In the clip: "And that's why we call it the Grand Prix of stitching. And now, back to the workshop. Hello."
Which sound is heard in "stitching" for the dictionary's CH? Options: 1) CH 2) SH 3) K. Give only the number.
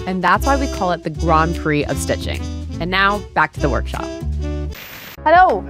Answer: 1